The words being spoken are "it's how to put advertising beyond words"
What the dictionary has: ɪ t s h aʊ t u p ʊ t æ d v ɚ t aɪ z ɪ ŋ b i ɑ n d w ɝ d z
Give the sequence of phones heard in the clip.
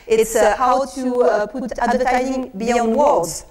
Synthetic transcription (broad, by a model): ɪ t s h aʊ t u p ʊ t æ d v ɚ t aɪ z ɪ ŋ b i ɑ n d w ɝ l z